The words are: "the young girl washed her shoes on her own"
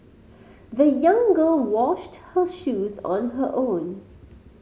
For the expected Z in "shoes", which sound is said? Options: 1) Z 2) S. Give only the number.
1